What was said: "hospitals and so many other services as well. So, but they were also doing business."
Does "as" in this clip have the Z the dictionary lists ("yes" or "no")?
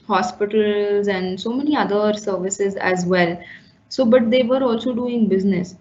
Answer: yes